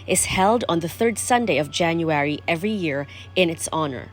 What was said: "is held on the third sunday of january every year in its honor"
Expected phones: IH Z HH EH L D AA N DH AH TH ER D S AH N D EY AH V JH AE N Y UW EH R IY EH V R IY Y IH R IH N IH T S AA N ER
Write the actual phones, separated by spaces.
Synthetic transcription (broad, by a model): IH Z HH EH L D N DH AH TH ER D S AH N D EY AH V JH AE N Y UW EH R IY EH V R IY Y IH R IH N IH T S AA N ER